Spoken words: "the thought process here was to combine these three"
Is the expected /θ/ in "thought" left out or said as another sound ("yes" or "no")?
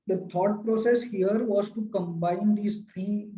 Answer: yes